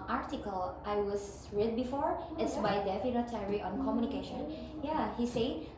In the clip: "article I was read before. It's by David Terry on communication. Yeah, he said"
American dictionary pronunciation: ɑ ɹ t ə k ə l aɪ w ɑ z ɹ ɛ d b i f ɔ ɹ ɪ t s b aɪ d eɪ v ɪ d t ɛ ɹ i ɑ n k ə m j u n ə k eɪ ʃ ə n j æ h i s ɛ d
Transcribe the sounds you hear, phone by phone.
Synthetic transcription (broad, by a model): ɑ ɹ t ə k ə l aɪ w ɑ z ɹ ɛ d b i f ɔ ɹ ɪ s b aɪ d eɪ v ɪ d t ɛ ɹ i ɑ n k ə m j u n ə k eɪ ʃ ə n j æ h i s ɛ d